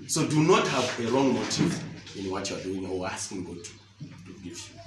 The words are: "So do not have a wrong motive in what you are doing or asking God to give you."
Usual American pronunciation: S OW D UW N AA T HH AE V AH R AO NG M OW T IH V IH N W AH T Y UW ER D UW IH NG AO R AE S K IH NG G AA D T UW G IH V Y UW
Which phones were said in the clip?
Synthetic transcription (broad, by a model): S OW D UW N AA T HH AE V AH R AO NG M OW T IH V IH N W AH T Y UW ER D UW IH NG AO W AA S K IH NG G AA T T UW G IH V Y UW